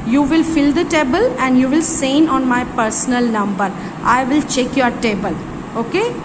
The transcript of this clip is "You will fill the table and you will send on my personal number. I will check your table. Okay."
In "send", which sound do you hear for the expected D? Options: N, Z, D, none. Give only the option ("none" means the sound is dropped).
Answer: none